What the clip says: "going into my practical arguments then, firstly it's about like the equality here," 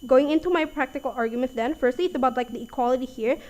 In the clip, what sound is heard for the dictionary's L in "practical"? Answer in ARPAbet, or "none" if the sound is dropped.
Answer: L